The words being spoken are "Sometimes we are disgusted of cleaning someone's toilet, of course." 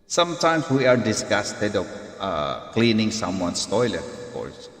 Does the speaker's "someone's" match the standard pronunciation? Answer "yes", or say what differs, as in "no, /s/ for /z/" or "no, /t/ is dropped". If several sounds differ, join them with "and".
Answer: no, /s/ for /z/